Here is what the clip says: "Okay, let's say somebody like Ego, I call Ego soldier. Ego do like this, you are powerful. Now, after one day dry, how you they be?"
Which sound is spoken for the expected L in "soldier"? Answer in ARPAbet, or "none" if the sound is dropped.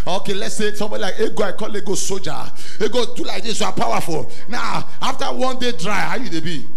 none